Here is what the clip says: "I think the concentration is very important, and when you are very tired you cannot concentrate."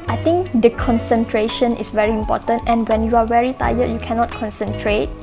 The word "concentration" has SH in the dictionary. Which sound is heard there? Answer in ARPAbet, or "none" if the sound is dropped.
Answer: SH